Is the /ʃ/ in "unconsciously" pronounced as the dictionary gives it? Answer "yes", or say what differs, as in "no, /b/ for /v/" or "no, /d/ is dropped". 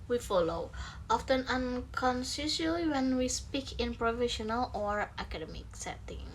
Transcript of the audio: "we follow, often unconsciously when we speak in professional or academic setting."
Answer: no, /s/ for /ʃ/